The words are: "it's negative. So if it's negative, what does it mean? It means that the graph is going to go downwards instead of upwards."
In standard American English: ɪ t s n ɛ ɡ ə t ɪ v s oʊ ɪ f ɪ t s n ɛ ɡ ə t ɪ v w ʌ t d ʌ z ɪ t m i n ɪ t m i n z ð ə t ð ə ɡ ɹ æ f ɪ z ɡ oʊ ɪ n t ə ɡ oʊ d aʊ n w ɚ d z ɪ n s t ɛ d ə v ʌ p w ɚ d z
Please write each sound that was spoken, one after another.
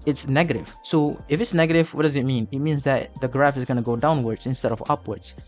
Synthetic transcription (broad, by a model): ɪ t s n ɛ ɡ ə t ɪ v s oʊ ɪ f ɪ t s n ɛ ɡ ə t ɪ v w ʌ t d ʌ z ɪ t m i n ɪ t m i n z ð ə t ð ə ɡ ɹ æ f ɪ z ɡ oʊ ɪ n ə ɡ oʊ d aʊ n w ɚ d z ɪ n s t ɛ d ə v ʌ p w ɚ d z